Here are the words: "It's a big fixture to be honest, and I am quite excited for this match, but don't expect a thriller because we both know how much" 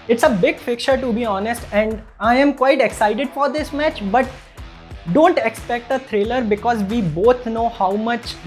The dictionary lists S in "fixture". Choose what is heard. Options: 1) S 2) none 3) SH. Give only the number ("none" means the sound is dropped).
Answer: 2